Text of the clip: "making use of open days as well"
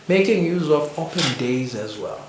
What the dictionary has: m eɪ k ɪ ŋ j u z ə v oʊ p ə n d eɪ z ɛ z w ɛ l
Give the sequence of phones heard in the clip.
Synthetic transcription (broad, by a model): m eɪ k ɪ ŋ j u z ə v oʊ p ə n d eɪ z ɛ z w ɛ l